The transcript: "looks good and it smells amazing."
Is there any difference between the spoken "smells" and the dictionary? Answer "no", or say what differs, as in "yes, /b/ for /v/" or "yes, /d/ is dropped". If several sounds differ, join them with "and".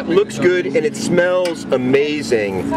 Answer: no